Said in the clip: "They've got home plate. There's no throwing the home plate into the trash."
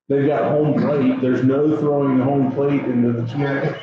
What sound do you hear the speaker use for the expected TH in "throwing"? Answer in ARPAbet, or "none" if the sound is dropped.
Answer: TH